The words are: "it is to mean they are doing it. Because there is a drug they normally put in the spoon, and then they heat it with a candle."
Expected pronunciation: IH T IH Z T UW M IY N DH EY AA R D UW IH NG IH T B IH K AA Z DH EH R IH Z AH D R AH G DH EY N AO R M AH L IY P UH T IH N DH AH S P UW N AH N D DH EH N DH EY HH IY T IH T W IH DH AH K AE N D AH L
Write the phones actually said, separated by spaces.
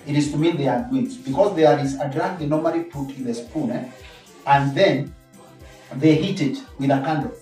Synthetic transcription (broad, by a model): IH T IH Z T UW M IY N DH EY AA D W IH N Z B IH K AA Z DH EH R IH Z AH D R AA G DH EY N AO R M AH L IY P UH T IH N DH AH S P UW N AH N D DH EH N DH EY HH IY T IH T W IH DH AH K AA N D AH